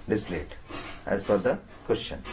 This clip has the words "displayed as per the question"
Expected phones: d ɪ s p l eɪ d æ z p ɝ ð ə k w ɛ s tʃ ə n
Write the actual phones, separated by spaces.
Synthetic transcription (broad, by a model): d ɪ s p l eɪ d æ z f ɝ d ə k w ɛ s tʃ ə n